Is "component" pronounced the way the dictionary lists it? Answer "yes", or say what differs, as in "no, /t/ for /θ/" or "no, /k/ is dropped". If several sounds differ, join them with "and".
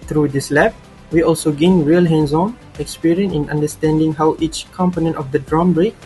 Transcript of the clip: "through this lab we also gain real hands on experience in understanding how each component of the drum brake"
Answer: yes